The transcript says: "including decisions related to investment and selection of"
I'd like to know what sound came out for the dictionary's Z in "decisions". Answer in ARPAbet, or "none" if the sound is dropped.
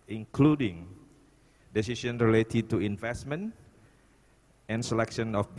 none